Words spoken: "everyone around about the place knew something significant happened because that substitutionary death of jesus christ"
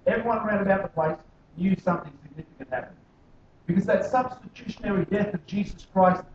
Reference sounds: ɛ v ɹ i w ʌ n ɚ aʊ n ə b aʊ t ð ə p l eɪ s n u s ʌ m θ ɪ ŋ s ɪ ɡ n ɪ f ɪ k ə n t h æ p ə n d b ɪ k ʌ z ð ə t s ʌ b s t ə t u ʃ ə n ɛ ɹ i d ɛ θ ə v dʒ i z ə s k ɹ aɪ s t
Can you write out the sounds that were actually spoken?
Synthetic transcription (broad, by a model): ɛ v ɹ i w ʌ n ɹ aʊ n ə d aʊ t ð ə p l eɪ s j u s ʌ m θ ɪ ŋ s ɪ ɡ n ɪ f ɪ k ə n t h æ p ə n b ɪ k ʌ z ð ə t s ʌ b s t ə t u ʃ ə n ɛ ɹ i d ɛ θ ə v dʒ i z ə s k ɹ aɪ s t